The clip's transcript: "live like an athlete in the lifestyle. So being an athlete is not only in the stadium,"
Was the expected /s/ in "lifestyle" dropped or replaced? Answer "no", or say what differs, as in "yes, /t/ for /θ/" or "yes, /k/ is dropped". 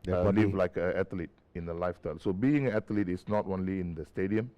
yes, /s/ is dropped